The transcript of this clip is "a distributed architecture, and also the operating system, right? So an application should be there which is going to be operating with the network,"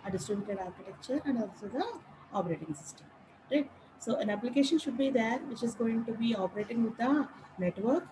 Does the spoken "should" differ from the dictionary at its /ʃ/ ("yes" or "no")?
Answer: no